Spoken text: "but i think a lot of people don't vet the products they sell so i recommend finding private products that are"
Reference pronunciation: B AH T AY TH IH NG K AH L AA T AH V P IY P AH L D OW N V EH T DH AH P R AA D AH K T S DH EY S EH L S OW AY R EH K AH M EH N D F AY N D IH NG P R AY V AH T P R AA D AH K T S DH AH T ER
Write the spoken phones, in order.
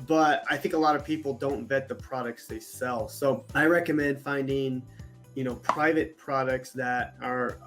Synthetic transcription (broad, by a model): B AH T AY TH IH NG K AH L AA T AH V P IY P L D OW N V EH T DH AH P R AA D AH K T S DH EY S EH L S OW AY R EH K AH M EH N D F AY N D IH NG P R AY V AH T P R AA D AH K T S DH AH T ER